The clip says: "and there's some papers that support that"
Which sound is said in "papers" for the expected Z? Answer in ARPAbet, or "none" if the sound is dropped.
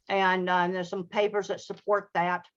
Z